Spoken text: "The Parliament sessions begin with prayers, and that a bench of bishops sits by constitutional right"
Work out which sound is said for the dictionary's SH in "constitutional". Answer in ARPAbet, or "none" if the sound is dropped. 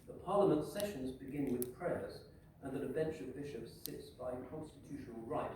SH